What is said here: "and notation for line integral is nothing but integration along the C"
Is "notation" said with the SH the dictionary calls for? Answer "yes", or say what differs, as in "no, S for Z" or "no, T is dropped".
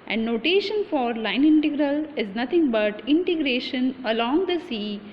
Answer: yes